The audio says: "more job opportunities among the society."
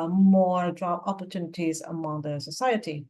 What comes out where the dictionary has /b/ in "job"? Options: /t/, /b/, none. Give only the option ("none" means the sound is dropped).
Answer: none